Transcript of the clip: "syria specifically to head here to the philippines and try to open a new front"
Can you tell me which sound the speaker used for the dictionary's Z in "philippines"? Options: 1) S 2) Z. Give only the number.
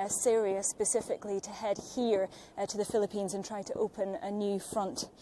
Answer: 2